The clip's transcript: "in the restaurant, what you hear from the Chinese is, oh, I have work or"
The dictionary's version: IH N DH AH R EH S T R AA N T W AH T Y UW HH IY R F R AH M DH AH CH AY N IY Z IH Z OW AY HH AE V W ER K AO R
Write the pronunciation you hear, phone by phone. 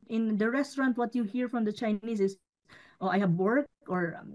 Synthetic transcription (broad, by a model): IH N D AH R EH S T R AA N T W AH T Y UW HH IY R F R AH M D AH CH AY N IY S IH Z OW AY HH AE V W ER K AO R